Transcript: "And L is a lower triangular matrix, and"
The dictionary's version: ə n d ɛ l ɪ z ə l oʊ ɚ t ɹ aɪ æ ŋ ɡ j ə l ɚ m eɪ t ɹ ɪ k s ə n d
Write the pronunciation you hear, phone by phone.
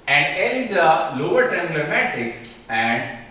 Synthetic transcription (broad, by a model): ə n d ɛ l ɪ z ə l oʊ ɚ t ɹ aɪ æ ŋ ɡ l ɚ m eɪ t ɪ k s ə n d